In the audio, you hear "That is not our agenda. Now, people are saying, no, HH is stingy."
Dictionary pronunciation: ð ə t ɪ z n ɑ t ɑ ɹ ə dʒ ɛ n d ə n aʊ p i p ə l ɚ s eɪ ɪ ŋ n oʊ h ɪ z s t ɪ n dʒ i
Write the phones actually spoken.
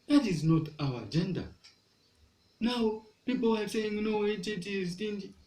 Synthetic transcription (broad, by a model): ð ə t ɪ z n ɑ t ɑ w ə dʒ ɛ n d ə n aʊ p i p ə l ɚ s eɪ ɪ ŋ n oʊ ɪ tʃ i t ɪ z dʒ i